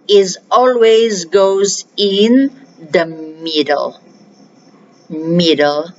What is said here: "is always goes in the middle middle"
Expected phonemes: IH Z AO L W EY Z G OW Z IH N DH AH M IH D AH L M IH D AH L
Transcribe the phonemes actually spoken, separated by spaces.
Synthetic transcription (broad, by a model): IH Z AO L W EY Z G OW Z IH N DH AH M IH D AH L M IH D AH L